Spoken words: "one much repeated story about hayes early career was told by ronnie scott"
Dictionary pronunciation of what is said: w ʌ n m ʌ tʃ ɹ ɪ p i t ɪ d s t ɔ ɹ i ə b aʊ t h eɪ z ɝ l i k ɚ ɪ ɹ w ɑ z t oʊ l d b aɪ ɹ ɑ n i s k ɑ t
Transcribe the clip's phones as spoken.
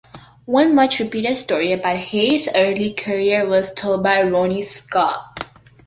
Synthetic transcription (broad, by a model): w ʌ n m ʌ tʃ ɹ ɪ p i t ɪ d s t ɔ ɹ i ə b aʊ t h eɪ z ɝ l i k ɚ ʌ ɹ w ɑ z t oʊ l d b aɪ ɹ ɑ n i s k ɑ